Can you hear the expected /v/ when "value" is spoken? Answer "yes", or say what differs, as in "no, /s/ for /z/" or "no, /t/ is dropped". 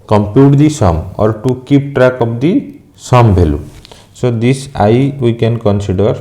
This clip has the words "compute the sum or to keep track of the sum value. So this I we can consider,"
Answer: no, /b/ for /v/